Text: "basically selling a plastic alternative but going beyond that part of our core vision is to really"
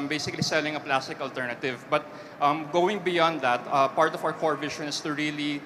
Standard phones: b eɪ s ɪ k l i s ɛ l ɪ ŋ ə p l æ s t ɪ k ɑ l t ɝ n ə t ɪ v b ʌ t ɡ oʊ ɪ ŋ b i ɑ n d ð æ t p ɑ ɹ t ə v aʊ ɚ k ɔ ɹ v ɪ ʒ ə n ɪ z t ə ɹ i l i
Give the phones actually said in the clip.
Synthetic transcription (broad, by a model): b eɪ s ɪ k l i s ɛ l ɪ ŋ ə p l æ s t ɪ k ɑ l t ɝ n ə t ɪ v b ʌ t ɡ oʊ ɪ ŋ b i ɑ n d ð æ t p ɑ ɹ t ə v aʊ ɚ k ɔ ɹ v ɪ ʃ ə n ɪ s t ə ɹ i l i